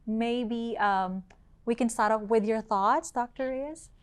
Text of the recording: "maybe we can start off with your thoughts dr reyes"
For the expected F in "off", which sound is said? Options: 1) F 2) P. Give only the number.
2